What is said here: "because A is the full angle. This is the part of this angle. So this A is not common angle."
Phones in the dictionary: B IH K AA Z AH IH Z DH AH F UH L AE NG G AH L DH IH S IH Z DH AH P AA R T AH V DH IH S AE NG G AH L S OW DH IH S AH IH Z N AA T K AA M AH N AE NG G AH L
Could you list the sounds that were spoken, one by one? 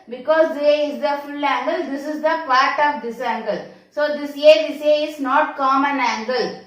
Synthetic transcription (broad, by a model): B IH K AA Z AH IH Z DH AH F UH L AE NG G AH L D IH S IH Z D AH P AA R T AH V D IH S AE NG G AH L S OW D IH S AH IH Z N AA T K AA M AH N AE NG G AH L